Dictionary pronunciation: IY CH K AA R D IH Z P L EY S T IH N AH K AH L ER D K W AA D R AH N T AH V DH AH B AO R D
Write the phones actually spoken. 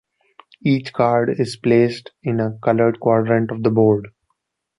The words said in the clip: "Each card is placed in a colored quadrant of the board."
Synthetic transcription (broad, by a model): IY CH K AA R D IH Z P L EY S T IH N AH K AH L ER D K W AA D R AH N T AH V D AH B AO R D